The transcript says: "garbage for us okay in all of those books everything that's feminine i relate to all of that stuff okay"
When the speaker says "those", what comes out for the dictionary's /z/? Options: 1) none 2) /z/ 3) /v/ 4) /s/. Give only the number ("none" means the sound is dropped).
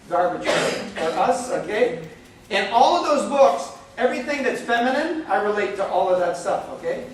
2